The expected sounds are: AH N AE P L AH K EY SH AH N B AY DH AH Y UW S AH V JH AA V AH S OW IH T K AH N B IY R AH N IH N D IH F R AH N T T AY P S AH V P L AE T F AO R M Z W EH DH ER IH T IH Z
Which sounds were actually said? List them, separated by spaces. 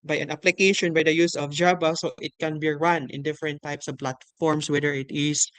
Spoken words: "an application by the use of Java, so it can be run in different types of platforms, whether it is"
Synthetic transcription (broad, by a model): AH N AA P L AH K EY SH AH N B AY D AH Y UW S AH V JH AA B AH S OW IH T K AH N B IY R AH N IH N D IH F R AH N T T AY P S AH V P L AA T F AO R M S W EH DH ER IH T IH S